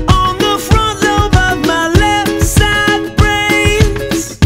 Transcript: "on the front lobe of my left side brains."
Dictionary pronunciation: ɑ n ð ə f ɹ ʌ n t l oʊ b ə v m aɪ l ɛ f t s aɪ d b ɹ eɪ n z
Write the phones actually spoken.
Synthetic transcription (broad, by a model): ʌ n ð ə f ɹ ʌ n t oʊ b ə v m aɪ l ɛ f t s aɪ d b ɹ eɪ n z